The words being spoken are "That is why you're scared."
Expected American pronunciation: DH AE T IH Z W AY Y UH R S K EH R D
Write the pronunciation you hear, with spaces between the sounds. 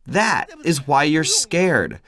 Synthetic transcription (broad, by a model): DH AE T IH Z W AY Y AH R S K EH R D